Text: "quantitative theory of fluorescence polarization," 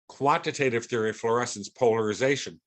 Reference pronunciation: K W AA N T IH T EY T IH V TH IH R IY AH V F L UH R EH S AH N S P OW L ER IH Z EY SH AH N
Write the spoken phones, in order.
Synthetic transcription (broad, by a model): K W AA N T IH T EY T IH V TH IH R IY F L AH R EH S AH N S P OW L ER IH Z EY SH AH N